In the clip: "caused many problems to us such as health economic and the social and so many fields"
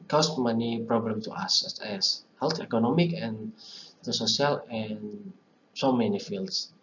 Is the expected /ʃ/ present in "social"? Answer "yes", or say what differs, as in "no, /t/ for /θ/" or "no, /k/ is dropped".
no, /ʃ/ is dropped